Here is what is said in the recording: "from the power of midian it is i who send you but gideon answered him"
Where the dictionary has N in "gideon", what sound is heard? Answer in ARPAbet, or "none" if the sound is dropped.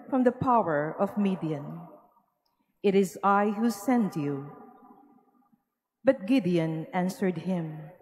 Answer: N